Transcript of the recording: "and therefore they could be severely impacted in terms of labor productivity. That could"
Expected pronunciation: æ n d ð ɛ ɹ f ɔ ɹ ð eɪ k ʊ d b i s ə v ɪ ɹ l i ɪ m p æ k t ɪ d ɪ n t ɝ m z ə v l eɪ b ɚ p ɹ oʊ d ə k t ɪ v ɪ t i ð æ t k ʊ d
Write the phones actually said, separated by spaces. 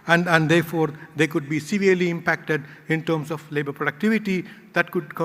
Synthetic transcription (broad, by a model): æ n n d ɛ ɹ f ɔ ɹ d eɪ k ʊ d b i s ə v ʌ ɹ l i ɪ m p æ k t ɪ d ɪ n t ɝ m s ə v l eɪ b ɚ p ɹ oʊ d ə k t ɪ v ɪ t i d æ t k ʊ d